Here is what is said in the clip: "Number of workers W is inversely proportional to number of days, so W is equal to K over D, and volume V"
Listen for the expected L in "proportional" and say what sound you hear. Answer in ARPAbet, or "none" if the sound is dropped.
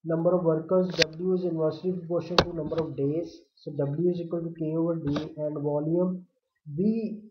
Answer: N